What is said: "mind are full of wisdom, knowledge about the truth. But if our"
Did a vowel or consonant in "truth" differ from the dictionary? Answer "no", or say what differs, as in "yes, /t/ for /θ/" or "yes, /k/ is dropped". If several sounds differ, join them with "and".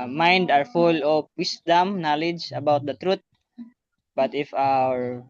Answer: yes, /t/ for /θ/